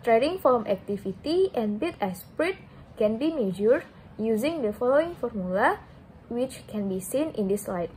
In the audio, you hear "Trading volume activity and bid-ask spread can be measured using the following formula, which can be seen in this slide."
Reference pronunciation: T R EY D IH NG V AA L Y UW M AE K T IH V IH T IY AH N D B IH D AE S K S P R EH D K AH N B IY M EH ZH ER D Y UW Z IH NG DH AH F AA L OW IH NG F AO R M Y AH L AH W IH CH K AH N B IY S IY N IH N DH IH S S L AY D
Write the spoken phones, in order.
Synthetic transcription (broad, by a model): T R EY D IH NG F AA M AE K T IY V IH T IY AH N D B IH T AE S S P R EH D K AH N B IY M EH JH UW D Y UW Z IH NG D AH F AA L OW IH NG F AO R M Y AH L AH W IH CH K AH N B IY S IY N IH N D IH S S L AY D